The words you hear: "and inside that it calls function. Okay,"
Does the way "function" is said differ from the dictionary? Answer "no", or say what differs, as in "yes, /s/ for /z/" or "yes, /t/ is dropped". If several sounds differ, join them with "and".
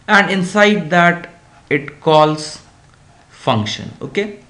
no